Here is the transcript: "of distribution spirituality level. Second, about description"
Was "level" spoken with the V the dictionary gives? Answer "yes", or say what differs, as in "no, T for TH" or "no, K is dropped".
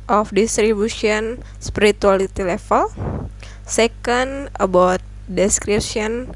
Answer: no, F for V